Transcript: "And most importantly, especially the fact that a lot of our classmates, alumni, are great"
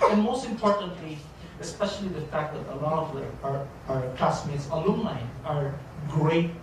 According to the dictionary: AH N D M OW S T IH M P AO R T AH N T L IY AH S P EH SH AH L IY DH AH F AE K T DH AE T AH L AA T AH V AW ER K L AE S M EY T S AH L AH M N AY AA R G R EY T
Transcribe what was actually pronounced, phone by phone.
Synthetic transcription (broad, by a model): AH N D M OW S T IH M P AO R T AH N T L IY AH S P EH SH AH L IY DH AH F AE K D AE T AH L AA T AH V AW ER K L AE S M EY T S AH L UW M L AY AA R G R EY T